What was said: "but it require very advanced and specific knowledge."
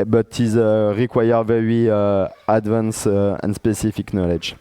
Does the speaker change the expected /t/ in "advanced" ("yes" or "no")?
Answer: yes